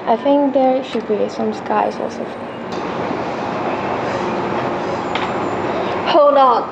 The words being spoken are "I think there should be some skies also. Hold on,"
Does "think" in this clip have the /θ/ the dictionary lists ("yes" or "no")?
yes